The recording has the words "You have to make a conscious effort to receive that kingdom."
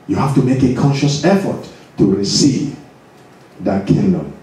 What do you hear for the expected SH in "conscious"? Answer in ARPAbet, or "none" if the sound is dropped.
SH